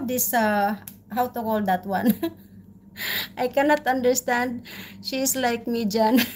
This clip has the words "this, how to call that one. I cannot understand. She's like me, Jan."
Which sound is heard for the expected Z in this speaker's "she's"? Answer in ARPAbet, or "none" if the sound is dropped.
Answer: S